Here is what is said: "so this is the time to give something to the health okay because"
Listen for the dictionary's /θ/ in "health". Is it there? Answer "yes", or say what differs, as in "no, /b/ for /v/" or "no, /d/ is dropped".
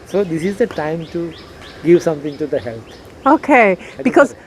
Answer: no, /t/ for /θ/